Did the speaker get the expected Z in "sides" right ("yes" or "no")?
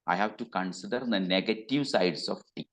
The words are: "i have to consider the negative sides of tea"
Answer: no